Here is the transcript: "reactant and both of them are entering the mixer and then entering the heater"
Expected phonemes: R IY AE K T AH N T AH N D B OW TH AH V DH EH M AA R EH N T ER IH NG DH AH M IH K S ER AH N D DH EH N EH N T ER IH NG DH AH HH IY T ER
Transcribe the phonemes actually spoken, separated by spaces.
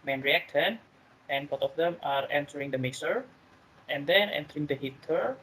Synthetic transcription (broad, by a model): R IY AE K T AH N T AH N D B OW T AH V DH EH M AA R EH N T ER IH NG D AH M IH S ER AH N D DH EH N EH N T ER IH NG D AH HH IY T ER